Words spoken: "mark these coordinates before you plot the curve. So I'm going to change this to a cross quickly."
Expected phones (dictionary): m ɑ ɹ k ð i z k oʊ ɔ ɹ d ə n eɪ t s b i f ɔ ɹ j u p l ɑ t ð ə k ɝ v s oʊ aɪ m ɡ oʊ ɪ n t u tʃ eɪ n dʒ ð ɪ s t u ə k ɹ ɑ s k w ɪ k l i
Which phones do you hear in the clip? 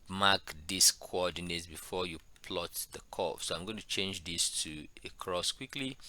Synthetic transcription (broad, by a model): m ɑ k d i s k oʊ ɔ d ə n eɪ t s b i f ɔ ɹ j u p l ɑ t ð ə k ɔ f s oʊ aɪ m ɡ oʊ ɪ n t u tʃ eɪ n dʒ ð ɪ s t u ə k ɹ ɑ s k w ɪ k l i